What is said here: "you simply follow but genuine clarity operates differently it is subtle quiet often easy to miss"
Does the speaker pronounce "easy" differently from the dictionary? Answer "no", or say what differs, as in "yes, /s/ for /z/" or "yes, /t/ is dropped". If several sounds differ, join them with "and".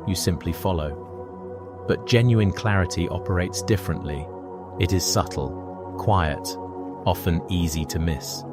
no